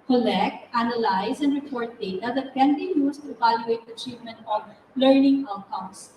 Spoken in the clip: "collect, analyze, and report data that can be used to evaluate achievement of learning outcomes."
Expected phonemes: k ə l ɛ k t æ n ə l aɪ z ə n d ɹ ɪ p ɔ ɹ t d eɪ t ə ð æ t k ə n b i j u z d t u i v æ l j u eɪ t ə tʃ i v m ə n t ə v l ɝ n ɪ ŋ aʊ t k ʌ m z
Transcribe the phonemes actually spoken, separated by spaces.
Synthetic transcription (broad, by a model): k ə l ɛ k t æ n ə l aɪ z ə n d ɹ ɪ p ɔ ɹ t d eɪ t ə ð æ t k ə n b i j u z t u i v æ l j u eɪ t ə tʃ i v m ə n t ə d l ɝ n ɪ ŋ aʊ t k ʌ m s